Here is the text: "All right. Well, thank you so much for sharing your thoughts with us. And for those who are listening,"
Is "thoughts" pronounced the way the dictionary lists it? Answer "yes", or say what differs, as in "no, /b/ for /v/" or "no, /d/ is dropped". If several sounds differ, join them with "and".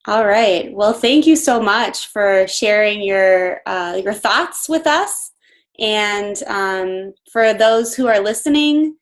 yes